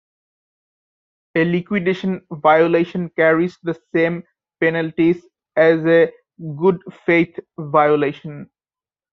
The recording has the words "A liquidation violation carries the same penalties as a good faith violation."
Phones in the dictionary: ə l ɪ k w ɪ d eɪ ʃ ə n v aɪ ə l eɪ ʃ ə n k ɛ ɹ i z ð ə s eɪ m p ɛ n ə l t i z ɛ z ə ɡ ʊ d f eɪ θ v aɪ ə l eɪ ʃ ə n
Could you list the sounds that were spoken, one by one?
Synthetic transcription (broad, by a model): ə l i k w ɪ d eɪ ʃ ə n v aɪ ə l eɪ ʃ ə n k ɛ ɹ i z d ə s eɪ m p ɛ n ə l t i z ɛ z ə ɡ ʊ d f eɪ t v aɪ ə l eɪ ʃ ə n